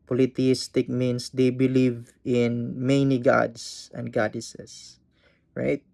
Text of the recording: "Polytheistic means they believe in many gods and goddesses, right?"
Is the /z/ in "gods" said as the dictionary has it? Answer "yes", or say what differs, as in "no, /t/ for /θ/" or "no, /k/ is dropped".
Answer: no, /s/ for /z/